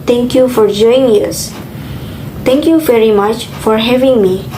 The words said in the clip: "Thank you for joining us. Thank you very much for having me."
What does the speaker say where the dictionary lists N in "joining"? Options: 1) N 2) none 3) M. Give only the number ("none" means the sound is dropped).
2